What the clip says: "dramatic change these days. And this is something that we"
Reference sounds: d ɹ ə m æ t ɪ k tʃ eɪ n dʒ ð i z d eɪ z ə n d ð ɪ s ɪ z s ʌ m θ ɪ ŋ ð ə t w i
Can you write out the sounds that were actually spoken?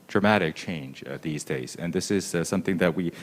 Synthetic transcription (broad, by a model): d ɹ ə m æ t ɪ k tʃ eɪ n dʒ ð i z d eɪ z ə n ð ɪ s ɪ z s ʌ m θ ɪ ŋ ð ə t w i